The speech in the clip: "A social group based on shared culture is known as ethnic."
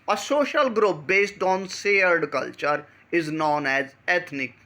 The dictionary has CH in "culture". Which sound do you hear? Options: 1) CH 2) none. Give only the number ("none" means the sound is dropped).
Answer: 1